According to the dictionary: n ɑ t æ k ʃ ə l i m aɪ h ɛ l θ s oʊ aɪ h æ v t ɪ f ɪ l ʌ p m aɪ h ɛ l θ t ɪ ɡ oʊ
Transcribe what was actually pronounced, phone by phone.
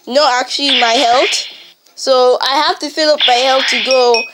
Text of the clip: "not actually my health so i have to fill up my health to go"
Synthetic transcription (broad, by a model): n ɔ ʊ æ k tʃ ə l i m aɪ h ɛ l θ s oʊ aɪ h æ f t ɪ f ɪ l ʌ p m aɪ h ɛ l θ t ɪ ɡ oʊ